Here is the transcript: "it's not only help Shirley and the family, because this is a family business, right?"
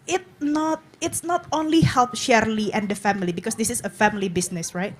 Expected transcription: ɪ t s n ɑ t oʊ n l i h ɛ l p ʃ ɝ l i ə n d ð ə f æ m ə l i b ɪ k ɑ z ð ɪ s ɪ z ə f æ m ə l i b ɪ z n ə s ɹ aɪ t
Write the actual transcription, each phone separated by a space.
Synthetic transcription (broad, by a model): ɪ t s n ɑ t oʊ n l i h ɛ l p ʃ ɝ l i ə n d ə f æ m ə l i b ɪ k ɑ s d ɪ s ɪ s ə f æ m ə l i b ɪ s n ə s ɹ aɪ t